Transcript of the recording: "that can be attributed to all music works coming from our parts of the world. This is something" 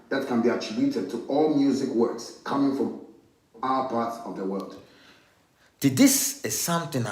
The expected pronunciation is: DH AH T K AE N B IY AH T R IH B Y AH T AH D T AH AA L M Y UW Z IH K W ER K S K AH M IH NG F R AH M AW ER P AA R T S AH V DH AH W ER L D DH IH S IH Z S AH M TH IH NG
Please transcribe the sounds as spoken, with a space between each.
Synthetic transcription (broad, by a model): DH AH T K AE N B IY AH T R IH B Y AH T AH D T AH AA L M Y UW Z IH K W ER K S K AH M IH NG F R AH M AW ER P AA R T S AH V DH AH W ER L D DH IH S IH S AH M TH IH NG